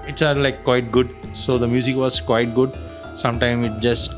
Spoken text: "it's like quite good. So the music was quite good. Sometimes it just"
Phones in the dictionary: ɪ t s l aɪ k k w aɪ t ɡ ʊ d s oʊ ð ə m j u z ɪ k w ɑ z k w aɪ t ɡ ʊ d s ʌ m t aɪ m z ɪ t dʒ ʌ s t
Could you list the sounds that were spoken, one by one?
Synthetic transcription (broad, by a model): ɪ t s l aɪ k k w aɪ t ɡ ʊ d s oʊ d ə m j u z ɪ k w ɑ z k w aɪ t ɡ ʊ d s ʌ m t aɪ m ɪ t dʒ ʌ s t